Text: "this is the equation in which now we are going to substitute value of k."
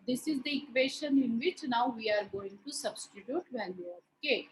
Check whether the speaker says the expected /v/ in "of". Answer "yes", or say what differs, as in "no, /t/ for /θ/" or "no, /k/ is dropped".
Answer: no, /p/ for /v/